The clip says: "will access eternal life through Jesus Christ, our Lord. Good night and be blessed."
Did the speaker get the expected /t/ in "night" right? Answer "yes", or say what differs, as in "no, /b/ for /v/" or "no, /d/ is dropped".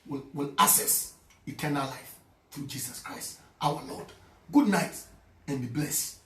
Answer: yes